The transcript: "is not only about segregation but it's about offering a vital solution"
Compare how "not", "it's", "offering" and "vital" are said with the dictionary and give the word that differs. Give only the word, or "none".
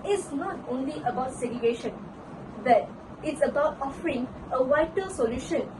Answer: vital